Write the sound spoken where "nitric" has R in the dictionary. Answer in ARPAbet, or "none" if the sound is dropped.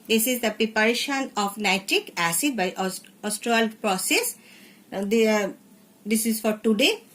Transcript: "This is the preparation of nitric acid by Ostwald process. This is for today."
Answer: R